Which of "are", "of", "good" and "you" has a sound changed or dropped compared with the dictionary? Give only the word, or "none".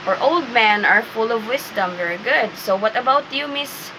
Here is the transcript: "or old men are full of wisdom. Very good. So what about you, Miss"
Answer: none